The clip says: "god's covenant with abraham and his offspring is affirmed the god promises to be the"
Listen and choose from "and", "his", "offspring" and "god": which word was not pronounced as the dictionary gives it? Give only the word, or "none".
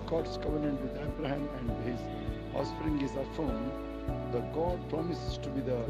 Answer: offspring